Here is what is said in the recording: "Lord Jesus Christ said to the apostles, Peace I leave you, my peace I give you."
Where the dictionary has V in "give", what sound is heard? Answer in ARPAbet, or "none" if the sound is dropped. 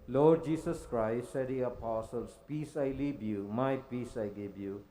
B